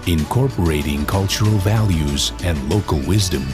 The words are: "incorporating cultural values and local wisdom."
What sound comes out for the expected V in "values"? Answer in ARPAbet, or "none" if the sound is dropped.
V